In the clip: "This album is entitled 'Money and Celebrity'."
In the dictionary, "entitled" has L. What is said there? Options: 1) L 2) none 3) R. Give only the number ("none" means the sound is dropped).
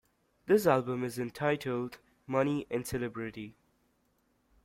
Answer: 1